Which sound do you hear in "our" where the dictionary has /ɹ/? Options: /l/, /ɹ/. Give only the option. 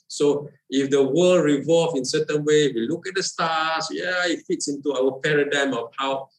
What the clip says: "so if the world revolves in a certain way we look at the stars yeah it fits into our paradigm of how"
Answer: /l/